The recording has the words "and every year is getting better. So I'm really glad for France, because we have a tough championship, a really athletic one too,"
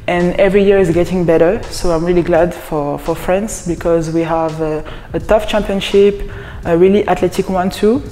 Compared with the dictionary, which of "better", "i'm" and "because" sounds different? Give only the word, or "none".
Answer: none